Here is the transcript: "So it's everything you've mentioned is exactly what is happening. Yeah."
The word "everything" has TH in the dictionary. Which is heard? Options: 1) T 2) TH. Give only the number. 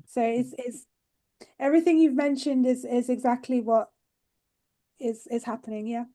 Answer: 2